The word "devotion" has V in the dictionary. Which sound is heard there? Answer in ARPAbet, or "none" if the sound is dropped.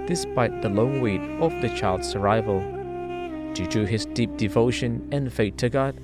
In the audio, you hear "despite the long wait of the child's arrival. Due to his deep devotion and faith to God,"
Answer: V